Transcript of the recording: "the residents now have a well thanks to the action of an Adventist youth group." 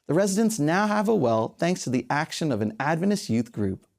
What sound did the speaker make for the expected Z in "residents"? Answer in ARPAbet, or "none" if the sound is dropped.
Z